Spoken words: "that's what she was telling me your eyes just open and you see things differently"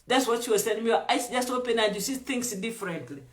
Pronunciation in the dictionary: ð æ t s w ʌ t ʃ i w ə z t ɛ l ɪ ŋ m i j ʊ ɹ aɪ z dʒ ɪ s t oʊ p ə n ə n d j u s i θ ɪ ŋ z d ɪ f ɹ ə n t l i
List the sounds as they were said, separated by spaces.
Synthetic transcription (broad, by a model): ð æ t s w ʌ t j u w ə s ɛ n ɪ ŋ m i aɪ s dʒ ɪ s t oʊ p ə n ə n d j u s i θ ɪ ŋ s d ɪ f ɹ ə n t l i